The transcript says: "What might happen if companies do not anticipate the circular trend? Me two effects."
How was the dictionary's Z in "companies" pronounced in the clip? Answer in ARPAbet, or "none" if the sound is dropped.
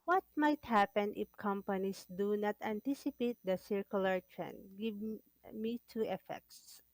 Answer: S